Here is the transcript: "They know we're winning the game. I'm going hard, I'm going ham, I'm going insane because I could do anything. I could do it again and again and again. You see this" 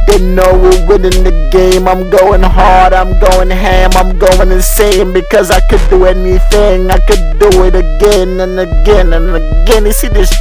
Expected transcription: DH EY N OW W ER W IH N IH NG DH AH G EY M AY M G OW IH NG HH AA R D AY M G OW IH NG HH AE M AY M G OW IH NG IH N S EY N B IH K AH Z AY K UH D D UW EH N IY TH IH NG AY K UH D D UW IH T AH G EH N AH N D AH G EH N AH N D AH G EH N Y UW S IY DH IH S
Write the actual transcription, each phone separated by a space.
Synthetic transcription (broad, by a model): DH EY N OW W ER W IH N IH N DH AH G EY M AY M G OW IH NG HH AA R D AY M G OW IH NG HH AE M AY M G OW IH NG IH S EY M B IH K AH Z AY K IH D D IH EH N IY TH IH NG AY K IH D D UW IH T AH G EH N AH N AH G EH N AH N AH G EH N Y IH S IY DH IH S